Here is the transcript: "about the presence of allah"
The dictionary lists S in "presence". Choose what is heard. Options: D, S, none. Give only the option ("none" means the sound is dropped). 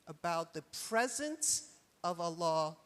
S